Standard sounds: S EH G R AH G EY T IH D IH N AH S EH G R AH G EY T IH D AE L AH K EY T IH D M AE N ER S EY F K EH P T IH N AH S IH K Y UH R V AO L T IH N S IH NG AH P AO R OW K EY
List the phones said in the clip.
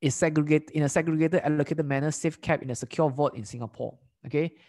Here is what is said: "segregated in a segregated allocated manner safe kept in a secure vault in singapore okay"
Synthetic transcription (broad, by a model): S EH G R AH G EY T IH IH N AH S EH G R AH G EY T IH D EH L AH K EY T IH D M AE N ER S EY F K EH P IH N AH S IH K Y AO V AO T IH N S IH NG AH P AO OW K EY